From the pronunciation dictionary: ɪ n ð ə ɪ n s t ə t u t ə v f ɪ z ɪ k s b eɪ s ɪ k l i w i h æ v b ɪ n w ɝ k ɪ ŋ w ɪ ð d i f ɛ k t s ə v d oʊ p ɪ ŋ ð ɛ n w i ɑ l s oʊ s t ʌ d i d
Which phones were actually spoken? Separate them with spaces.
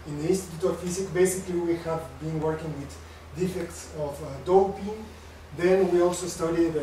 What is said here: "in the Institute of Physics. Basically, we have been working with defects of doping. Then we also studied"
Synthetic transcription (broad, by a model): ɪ n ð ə ɪ n s t ə t u t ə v f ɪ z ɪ k b eɪ s ɪ k l i w i h æ v b ɪ n w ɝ k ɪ ŋ w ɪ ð d i f ɛ k t s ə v d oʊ p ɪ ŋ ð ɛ n w i ɑ l s oʊ s t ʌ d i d